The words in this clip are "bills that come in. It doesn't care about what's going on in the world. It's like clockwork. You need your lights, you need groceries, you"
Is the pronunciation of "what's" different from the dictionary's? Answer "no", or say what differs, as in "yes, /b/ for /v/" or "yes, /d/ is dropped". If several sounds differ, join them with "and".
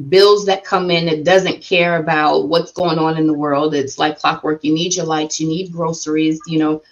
no